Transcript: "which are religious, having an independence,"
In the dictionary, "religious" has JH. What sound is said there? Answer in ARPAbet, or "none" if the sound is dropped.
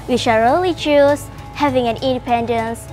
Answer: CH